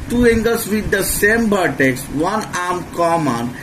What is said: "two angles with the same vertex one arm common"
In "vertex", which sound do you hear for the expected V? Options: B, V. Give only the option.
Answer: B